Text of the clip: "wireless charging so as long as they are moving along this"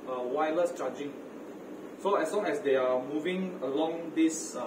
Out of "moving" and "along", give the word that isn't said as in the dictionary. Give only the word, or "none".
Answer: none